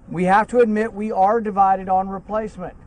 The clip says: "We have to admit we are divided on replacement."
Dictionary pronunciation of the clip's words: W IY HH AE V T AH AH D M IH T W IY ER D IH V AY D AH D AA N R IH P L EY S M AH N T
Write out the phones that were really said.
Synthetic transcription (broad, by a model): W IY HH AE F T AH AH D M IH T W IY ER D IH V AY D AH D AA N R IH P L EY S M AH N T